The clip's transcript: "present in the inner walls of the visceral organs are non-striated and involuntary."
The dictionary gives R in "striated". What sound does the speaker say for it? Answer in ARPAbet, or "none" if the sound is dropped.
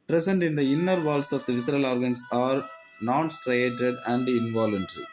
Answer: R